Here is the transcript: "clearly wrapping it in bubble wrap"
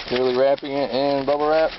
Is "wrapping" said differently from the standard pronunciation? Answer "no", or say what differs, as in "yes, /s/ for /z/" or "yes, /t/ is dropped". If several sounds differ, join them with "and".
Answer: no